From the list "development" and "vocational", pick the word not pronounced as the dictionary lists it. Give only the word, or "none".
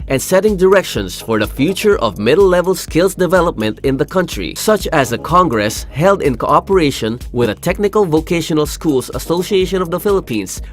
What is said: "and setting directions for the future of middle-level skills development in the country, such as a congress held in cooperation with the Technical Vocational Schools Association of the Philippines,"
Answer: none